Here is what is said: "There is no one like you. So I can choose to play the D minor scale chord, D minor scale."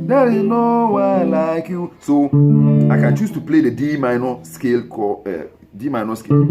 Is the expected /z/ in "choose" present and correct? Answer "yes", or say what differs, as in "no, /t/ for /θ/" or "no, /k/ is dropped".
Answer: no, /s/ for /z/